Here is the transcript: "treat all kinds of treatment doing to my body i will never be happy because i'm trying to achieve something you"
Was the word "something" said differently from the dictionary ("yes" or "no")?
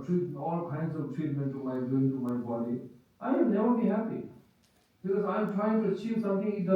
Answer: yes